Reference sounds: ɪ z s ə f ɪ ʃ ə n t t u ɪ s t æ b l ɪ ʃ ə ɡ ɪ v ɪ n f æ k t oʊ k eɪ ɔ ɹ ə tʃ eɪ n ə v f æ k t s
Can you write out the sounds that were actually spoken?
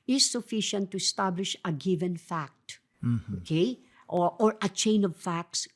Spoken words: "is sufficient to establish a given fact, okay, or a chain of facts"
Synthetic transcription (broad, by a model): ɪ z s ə f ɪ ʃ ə n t t u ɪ s t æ b l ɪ ʃ ə ɡ ɪ v ɪ n f æ k t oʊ k eɪ ɔ ɹ ə tʃ eɪ n ə v f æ k t s